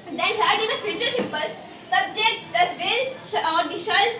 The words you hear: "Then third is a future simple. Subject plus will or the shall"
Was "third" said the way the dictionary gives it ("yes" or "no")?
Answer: no